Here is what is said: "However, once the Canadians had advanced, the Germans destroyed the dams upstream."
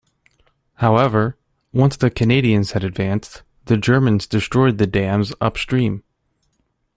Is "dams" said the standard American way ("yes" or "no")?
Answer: yes